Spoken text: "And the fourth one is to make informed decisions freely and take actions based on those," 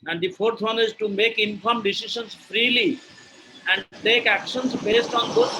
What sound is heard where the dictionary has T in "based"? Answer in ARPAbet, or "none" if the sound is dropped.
T